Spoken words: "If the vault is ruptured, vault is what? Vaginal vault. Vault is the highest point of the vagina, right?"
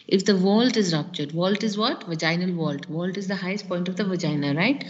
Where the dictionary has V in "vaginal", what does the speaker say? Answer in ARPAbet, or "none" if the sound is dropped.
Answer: V